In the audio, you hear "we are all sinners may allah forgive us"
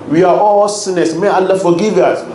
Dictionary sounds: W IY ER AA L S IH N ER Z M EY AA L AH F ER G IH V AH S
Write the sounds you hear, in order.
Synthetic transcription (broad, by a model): W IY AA AA L S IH N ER S M EY AA L AH F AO G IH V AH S